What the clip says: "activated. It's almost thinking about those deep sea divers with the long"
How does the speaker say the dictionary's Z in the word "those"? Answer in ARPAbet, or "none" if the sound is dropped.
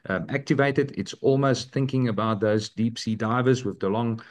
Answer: Z